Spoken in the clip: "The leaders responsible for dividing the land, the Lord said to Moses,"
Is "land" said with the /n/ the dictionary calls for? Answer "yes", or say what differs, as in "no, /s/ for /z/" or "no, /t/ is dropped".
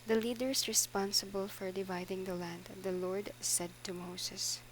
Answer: yes